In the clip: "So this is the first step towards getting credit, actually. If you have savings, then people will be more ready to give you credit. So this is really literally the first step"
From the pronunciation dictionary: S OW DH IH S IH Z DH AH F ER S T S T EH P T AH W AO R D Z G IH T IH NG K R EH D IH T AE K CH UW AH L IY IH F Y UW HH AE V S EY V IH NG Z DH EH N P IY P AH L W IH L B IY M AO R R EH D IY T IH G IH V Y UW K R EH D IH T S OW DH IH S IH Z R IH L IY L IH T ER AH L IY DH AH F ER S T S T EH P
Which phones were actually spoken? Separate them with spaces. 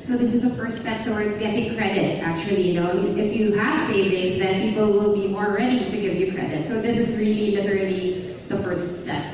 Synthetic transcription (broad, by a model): S OW DH IH S IH Z DH AH F ER S T S T EH P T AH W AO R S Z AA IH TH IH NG K R EH D IH T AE K CH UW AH N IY IH F Y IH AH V S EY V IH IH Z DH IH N P IY P L W IH L B IY M AO R R EH D IY T IH G IH V Y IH K R EH D IH T S OW DH IH S IH Z R IH L IY L IH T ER L IY DH AH F ER S T S T EH P